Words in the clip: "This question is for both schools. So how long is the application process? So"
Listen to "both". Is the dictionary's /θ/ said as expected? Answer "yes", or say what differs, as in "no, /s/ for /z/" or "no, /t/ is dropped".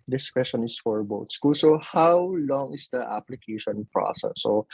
no, /t/ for /θ/